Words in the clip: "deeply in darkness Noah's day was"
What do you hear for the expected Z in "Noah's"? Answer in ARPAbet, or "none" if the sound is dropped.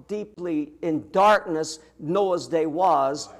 Z